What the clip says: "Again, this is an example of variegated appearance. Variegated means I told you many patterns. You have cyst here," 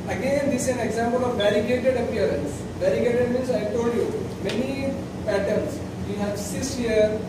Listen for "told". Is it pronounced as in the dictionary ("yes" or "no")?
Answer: yes